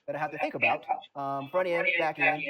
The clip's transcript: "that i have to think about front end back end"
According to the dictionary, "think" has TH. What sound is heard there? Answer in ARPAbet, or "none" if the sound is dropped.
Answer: TH